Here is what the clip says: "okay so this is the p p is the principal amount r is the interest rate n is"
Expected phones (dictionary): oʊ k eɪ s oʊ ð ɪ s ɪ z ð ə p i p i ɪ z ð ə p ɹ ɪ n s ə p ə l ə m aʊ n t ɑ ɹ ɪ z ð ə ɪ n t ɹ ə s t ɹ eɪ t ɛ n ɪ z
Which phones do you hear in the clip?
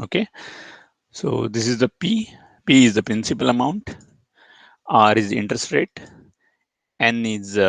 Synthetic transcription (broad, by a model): oʊ k eɪ s oʊ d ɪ s ɪ z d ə p i p i ɪ z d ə p ɹ ɪ n s ə p ə l ə m aʊ n t ɑ ɹ ɪ z ɪ n t ɹ ə s t ɹ eɪ t ɛ n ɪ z